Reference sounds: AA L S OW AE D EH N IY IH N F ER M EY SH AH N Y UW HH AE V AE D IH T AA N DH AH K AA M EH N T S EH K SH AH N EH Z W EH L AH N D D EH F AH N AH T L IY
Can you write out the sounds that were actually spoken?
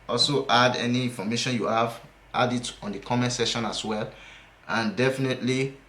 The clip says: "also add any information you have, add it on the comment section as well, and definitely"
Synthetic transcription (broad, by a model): AA L S OW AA D EH N IY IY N F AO M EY SH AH N Y UW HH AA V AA D IH T AA N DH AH K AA M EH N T S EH SH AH N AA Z W EH L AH N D D EH F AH N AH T L IY